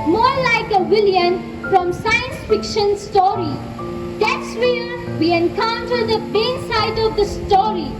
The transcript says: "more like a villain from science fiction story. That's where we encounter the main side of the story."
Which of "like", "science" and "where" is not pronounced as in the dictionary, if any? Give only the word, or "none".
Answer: where